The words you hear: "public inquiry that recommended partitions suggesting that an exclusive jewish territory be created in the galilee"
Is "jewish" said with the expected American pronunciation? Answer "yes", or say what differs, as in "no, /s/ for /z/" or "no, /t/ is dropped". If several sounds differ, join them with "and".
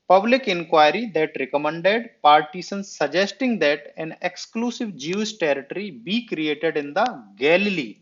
no, /s/ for /ʃ/